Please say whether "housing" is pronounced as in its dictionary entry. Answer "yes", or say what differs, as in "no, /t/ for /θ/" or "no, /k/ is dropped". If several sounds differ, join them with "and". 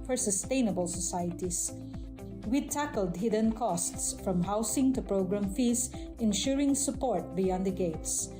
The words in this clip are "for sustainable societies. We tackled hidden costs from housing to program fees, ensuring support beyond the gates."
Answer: no, /s/ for /z/